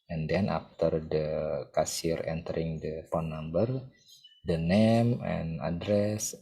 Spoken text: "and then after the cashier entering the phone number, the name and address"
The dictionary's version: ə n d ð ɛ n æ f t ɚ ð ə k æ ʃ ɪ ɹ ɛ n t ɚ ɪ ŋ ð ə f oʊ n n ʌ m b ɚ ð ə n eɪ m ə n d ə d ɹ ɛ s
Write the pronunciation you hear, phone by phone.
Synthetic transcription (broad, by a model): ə n d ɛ n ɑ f t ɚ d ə k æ s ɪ ɹ ɛ n t ɚ ɪ ŋ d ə p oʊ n n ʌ m b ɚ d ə n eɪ m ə n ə d ɹ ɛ s